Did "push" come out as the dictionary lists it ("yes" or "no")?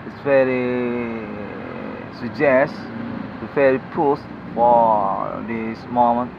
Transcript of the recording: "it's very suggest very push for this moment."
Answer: no